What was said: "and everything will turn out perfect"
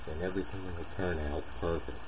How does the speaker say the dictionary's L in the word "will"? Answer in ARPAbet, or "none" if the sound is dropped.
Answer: N